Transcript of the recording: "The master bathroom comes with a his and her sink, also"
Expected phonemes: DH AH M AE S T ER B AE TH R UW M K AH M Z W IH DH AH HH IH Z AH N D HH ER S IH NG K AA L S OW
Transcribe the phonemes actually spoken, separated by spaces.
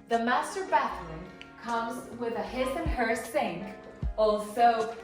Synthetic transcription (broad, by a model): DH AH M AE S T ER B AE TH L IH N K AH M Z W IH DH AH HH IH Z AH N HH ER S IH NG K AA L S OW